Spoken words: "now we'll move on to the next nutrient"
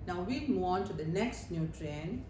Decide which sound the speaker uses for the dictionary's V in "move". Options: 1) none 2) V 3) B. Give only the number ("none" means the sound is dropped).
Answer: 1